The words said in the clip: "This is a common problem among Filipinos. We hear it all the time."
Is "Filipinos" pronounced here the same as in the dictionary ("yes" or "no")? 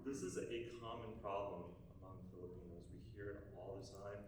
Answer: yes